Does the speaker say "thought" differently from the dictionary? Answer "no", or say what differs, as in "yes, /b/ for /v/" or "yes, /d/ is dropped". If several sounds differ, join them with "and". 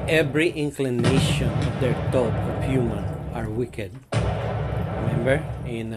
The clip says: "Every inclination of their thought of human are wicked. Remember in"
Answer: yes, /t/ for /θ/